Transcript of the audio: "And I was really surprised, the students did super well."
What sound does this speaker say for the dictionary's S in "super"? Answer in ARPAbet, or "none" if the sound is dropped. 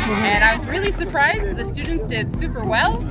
S